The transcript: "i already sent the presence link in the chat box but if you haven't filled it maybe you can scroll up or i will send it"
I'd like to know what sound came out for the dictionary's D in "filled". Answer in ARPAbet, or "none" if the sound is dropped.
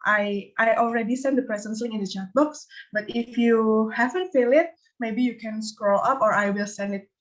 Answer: none